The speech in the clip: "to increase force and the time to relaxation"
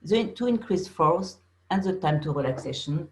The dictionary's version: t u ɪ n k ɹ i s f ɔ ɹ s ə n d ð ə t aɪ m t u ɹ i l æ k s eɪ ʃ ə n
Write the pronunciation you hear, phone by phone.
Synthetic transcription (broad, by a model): t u ɪ n k ɹ i s f ɔ ɹ s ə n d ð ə t aɪ m t u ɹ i l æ k s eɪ ʃ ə n